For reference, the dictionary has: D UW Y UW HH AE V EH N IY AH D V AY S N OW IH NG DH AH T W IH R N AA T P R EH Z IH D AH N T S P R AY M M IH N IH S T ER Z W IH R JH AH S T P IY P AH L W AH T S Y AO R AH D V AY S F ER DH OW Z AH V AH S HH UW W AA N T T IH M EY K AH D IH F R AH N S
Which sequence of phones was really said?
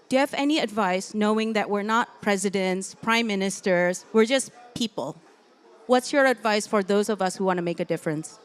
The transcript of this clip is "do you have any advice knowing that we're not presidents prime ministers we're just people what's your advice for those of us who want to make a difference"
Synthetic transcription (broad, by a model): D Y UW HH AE V EH N IY AH D V AY S N OW IH NG DH AH T W IH R N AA T P R EH Z IH D AH N T S P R AY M M IH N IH S T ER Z W IH R JH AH S P IY P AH L W AH T S Y AO R AH D V AY S F ER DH OW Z AH V AH S HH UW W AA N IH M EY K AH D IH F R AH N S